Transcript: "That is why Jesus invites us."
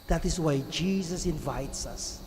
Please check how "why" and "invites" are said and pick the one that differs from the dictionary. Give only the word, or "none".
none